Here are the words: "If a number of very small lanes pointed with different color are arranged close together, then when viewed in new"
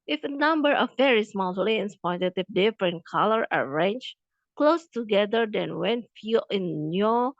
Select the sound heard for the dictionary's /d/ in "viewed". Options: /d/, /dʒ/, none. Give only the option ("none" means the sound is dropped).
none